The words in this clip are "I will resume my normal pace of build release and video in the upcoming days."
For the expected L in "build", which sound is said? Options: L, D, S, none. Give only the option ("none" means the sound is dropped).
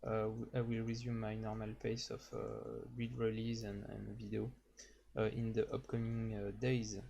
none